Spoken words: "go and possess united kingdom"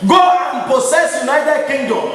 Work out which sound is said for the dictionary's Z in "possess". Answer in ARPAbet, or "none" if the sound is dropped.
S